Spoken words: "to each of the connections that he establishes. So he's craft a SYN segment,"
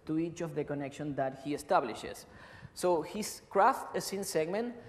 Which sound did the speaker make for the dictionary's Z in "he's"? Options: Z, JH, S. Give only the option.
S